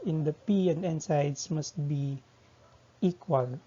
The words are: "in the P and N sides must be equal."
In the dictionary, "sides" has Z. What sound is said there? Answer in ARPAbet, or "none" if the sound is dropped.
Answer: S